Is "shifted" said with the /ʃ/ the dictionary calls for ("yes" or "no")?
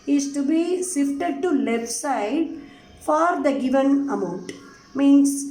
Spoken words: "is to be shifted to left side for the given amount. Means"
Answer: no